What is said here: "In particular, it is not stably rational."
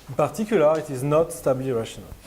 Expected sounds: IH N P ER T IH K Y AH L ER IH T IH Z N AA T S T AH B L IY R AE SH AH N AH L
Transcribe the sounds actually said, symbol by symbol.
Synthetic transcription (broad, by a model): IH N P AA T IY K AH L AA IH T IH Z N AA T S T AH B L IY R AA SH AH N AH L